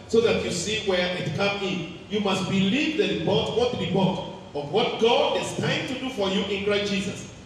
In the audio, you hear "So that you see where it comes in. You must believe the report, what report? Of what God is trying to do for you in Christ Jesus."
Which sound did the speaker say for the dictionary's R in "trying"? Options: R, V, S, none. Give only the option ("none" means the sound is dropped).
none